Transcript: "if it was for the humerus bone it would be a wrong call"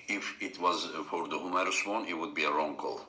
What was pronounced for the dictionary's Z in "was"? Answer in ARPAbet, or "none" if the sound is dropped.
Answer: Z